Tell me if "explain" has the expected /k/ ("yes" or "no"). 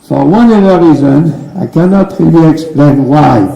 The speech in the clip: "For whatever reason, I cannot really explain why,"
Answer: yes